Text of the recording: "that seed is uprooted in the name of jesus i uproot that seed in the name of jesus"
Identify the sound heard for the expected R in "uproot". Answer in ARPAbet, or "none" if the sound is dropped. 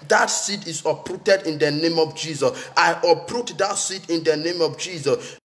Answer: R